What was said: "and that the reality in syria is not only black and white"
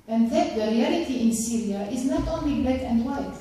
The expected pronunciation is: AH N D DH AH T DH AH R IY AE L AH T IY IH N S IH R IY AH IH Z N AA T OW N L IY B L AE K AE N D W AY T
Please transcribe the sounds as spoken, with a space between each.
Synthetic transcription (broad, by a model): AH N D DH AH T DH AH R IY AE L AH T IY IH N S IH R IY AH IH Z N AA T OW N L IY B AE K AE N D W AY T